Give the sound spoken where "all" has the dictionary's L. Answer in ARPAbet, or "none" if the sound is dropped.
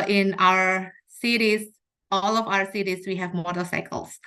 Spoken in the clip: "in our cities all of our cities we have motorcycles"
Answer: L